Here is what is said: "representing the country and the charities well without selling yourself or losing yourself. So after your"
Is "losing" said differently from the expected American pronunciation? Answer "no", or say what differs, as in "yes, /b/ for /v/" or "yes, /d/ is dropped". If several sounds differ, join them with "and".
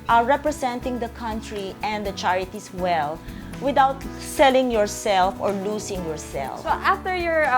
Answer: yes, /s/ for /z/